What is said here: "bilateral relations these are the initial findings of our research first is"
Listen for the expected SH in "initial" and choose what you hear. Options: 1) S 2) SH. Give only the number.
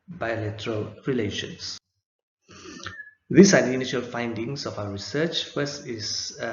2